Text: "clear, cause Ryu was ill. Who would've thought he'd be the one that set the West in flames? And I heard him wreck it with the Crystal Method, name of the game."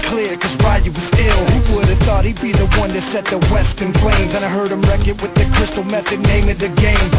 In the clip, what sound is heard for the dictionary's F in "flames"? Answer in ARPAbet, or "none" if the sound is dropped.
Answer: P